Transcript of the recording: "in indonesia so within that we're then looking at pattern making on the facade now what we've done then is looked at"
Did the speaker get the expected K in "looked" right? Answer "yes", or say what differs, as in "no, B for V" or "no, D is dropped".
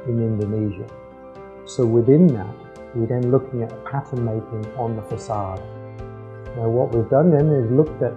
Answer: yes